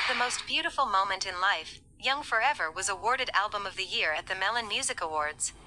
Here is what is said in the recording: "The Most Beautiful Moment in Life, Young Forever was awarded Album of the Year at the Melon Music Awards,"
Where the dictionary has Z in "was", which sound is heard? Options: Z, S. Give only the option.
Z